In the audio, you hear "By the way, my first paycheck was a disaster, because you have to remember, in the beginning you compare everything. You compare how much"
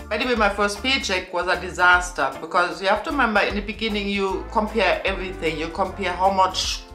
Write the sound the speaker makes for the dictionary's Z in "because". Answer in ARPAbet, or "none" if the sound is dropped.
Z